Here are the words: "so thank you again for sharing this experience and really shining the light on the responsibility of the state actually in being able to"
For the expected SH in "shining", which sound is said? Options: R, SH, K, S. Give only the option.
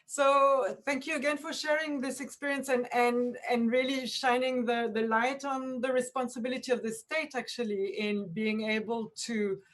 SH